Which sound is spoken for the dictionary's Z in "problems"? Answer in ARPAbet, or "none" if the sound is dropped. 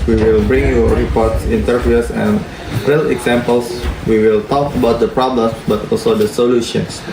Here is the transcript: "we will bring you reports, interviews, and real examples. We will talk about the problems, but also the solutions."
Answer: none